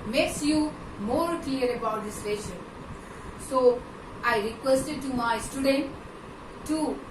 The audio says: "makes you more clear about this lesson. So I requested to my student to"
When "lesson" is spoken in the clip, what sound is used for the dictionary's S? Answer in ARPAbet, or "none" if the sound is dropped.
SH